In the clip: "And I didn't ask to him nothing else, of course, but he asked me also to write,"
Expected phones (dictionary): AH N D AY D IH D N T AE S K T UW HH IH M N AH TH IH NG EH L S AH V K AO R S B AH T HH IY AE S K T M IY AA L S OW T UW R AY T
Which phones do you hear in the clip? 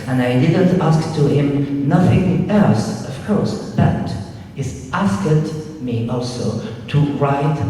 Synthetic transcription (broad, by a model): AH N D AY D IH D N T AE S K T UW HH IH M N AH TH IH NG EH L S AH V K AO R S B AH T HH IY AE S K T M IY AA L S OW T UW R AY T